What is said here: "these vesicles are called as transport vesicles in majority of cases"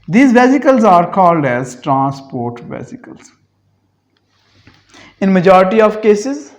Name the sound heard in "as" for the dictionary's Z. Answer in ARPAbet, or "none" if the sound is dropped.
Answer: Z